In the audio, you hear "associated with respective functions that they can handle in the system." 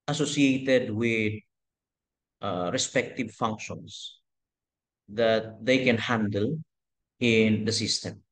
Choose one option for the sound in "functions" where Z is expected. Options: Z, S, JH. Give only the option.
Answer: S